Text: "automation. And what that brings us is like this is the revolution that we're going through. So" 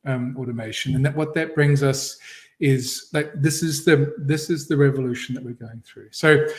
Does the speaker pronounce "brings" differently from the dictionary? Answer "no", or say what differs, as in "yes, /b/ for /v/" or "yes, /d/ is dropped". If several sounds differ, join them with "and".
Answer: no